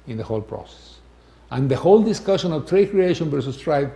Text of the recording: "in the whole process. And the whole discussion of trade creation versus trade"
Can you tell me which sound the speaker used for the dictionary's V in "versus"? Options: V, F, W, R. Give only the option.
W